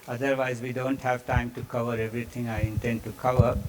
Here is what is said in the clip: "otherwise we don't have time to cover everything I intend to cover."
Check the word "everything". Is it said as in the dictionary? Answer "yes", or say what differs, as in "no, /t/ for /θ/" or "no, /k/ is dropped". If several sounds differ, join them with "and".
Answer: no, /t/ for /θ/